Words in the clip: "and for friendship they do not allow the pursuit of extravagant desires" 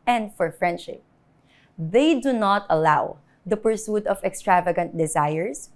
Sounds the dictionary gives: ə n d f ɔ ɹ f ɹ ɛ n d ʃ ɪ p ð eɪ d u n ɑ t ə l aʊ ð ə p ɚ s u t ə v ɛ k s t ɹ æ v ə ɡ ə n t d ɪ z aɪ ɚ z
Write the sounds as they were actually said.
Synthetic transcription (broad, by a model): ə n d f ɔ ɹ f ɹ ɛ n d ʃ ɪ p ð eɪ d u n ɑ t ə l aʊ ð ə p ɚ s u t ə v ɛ k s t ɹ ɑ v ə ɡ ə n t d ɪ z aɪ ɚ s